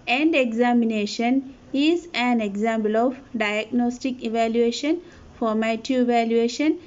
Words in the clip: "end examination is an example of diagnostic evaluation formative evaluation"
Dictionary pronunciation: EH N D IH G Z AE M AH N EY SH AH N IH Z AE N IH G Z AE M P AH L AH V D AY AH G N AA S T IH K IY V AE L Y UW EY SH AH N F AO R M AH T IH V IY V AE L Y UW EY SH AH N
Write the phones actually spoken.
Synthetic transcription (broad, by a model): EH N D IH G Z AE M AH N EY SH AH N IH Z AE N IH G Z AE M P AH L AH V D AY AH G N AA S T IH K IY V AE L Y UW EY SH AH N F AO R M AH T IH IY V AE L Y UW EY SH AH N